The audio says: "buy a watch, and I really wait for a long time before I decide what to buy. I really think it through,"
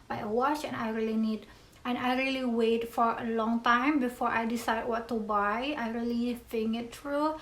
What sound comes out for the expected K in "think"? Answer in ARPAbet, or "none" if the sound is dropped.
none